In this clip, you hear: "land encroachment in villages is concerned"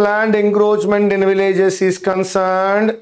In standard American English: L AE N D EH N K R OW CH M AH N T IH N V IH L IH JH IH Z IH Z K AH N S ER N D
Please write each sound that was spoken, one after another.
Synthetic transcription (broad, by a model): L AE N D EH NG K R OW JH M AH N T IH N V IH L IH JH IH S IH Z K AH N S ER N D